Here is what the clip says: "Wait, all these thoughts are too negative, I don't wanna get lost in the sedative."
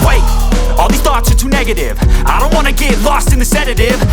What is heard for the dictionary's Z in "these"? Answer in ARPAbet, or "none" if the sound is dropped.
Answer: none